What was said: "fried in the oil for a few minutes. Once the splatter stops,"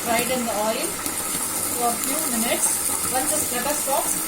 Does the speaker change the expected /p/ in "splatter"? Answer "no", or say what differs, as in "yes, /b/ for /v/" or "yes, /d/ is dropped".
yes, /p/ is dropped